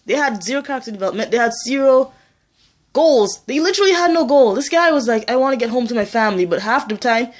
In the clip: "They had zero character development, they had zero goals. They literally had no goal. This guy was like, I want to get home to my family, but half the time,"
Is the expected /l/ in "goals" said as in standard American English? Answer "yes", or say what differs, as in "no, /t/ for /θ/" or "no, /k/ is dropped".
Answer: yes